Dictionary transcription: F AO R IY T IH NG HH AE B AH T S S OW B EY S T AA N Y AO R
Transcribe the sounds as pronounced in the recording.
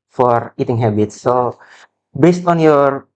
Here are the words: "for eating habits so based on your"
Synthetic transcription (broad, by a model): F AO R IY T IH NG HH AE B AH T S S OW B EY S T AA N Y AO R